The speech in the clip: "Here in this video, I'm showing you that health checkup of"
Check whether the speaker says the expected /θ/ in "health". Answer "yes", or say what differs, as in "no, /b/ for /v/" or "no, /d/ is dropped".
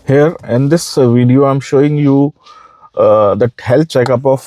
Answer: no, /t/ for /θ/